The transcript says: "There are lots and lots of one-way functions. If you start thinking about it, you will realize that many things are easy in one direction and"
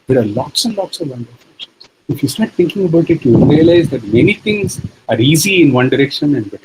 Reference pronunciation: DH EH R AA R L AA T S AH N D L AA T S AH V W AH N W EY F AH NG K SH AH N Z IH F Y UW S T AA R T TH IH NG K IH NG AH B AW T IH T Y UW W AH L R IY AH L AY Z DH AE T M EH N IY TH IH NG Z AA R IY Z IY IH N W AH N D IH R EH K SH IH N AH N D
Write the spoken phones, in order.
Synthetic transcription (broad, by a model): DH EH R AA R L AA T S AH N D L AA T S AH V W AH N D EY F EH K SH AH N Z IH F Y UW S T AA R T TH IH NG K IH NG AH B AW T IH T Y UW R IY AH L AY Z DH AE T M EH N IY T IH NG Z AA R IY Z IY IH N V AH N D IH R EH K SH IH N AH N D